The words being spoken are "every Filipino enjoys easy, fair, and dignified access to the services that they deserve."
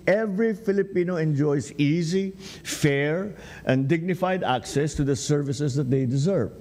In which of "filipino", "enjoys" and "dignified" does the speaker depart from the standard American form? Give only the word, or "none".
enjoys